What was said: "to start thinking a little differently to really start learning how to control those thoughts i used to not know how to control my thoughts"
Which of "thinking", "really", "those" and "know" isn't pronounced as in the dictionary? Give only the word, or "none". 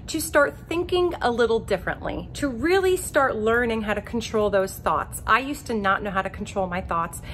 none